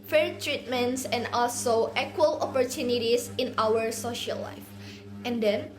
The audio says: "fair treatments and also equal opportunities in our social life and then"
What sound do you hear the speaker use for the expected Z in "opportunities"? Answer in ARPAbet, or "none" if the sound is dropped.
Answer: S